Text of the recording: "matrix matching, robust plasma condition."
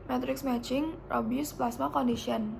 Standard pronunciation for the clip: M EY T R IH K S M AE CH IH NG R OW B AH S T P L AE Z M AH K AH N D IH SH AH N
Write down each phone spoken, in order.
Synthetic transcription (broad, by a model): M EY T R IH K S M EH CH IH NG R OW B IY S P L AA S M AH K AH N D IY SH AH N